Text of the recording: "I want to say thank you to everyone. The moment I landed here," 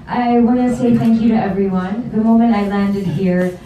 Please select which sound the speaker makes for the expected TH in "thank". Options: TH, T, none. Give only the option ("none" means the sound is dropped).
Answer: TH